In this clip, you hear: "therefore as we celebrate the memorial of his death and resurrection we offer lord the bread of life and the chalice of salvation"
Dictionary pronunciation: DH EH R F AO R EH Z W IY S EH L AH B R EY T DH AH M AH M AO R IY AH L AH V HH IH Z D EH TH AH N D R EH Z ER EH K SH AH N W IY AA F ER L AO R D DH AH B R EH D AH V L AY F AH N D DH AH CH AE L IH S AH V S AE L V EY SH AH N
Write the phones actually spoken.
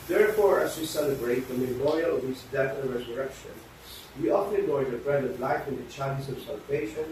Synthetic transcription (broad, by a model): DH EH R F AO R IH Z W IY S EH L AH B R EY T DH AH M AH M AO R IY AH L AH V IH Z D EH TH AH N R EH Z ER EH K SH AH N W IY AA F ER N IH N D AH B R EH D AH V L AY F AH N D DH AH CH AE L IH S AH V S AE L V EY SH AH N